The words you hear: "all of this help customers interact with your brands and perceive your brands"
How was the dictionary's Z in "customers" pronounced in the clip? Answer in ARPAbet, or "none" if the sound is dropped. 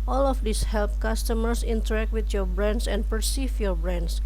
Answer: S